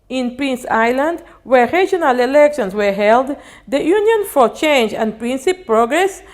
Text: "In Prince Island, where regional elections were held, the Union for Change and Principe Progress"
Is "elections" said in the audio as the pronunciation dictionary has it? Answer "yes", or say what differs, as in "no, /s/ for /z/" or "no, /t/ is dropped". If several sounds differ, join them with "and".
no, /s/ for /z/